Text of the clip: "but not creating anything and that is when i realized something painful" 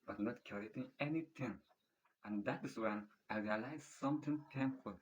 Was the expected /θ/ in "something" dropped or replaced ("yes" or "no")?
yes